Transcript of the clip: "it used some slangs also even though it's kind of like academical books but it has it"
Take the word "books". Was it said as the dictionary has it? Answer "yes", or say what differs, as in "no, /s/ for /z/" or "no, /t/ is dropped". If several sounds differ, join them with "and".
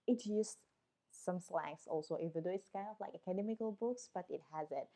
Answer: yes